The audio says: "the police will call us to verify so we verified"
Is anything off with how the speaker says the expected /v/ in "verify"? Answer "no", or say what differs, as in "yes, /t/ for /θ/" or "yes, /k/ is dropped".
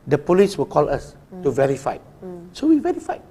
no